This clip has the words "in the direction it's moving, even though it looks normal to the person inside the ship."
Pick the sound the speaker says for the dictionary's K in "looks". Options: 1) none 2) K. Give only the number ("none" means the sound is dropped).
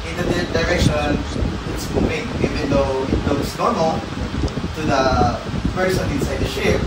1